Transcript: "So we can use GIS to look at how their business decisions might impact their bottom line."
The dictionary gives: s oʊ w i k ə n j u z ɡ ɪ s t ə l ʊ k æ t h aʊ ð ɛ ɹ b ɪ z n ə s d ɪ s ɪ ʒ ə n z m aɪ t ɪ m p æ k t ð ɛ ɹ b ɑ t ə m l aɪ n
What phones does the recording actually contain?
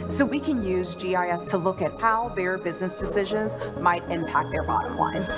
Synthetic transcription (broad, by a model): s oʊ w i k ə n j u z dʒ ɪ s t ə l ʊ k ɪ t h aʊ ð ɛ ɹ b ɪ z n ə s d ɪ s ɪ ʒ ə n z m aɪ t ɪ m p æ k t ð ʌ ɹ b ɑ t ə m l aɪ n